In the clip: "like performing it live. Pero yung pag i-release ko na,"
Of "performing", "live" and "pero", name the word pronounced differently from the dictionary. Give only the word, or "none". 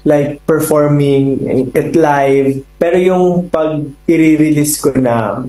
none